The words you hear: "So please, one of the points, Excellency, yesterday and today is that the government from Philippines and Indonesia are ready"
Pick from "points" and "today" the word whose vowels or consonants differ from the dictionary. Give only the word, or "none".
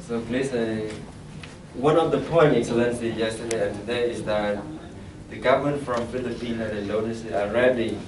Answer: points